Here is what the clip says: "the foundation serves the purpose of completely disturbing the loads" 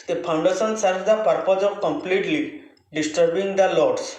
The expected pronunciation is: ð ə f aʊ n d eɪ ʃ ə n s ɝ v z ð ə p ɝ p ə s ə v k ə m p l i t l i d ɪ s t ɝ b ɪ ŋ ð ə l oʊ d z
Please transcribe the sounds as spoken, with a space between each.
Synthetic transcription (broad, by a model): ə p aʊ n d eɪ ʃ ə n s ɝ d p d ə p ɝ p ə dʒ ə k ə m p l i t l i d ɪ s t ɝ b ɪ ŋ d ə l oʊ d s